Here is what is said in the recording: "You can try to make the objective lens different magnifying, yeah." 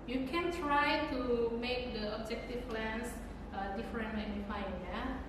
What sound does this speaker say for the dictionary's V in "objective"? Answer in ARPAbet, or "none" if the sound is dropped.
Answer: P